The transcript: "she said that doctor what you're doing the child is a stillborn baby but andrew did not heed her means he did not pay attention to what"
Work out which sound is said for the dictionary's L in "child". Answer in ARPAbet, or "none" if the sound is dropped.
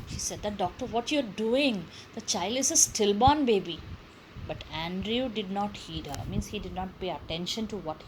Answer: L